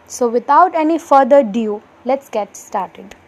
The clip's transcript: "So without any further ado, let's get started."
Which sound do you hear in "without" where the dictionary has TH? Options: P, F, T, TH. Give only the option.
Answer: T